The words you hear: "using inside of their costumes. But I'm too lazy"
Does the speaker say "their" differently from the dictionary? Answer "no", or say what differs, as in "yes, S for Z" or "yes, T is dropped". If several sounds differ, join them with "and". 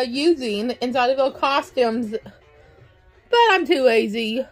yes, L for R